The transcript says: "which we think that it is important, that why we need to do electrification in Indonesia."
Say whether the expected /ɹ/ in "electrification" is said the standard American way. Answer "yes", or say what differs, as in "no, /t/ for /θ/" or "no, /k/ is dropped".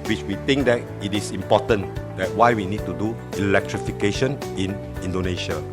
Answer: yes